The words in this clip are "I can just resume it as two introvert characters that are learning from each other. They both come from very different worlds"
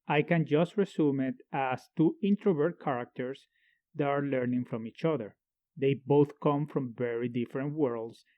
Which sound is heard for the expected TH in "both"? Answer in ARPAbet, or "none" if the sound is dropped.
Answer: TH